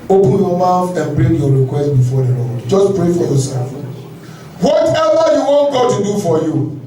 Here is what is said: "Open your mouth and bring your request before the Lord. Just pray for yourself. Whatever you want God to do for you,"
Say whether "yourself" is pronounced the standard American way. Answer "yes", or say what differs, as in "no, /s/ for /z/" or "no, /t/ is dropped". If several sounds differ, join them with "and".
no, /l/ is dropped